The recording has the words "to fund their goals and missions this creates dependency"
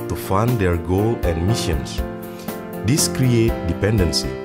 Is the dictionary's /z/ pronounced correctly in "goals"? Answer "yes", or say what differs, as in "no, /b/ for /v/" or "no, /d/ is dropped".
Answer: no, /z/ is dropped